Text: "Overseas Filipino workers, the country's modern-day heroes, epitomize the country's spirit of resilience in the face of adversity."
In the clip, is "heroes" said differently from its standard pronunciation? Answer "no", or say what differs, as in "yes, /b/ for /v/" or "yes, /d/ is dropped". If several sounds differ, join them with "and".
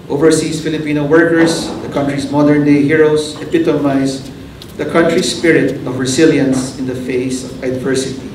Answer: yes, /s/ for /z/